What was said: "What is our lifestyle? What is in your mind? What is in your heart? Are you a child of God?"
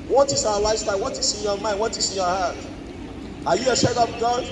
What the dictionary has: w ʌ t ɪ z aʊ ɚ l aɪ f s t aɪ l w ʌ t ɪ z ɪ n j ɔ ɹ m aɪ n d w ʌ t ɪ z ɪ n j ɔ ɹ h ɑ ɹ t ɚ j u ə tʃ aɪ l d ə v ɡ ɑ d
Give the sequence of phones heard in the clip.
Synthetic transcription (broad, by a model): w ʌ t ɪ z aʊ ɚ l aɪ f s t aɪ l w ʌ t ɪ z ɪ n j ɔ m aɪ n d w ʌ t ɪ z ɪ n j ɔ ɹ h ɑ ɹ t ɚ j u ə ʃ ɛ d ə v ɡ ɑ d